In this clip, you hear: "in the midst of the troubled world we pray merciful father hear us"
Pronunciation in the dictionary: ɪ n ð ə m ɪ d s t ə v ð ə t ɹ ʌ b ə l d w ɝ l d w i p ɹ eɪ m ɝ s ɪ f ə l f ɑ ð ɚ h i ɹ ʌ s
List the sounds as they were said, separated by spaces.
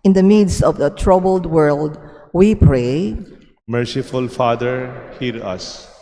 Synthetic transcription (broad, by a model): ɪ n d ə m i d s ə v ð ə t ɹ ʌ b ə l d w ɝ l d w i p ɹ eɪ m ɝ s ɪ f ə l f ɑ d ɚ h i ɹ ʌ s